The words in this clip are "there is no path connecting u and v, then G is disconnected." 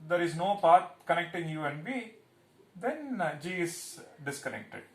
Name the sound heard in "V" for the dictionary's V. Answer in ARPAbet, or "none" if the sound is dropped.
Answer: B